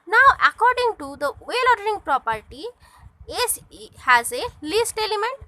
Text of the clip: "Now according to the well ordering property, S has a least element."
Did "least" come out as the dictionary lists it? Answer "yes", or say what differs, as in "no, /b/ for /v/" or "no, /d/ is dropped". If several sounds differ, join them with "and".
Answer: yes